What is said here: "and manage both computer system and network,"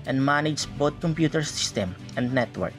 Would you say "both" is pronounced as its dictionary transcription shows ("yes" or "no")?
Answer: no